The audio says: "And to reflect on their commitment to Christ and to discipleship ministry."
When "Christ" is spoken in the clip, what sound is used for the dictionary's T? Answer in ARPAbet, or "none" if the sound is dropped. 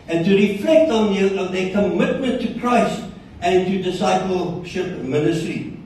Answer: T